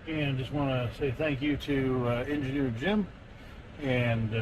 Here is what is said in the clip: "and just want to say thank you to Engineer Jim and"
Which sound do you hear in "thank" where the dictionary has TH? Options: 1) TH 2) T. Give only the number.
1